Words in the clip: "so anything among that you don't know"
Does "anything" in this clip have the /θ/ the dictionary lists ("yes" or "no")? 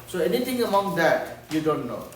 no